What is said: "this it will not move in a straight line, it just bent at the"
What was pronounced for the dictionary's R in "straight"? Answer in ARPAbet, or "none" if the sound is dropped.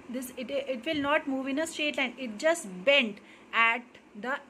none